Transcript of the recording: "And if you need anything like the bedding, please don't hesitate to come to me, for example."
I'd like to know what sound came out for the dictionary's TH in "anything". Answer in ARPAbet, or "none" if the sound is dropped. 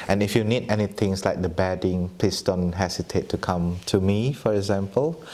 T